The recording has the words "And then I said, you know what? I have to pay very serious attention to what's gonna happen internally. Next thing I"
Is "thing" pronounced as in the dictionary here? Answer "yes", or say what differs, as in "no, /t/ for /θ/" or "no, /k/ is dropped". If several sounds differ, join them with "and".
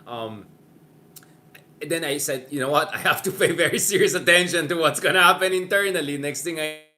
no, /t/ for /θ/